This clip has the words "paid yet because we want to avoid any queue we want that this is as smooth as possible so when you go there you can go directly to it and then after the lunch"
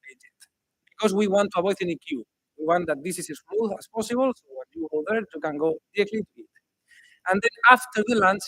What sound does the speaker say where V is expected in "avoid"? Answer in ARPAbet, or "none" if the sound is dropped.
B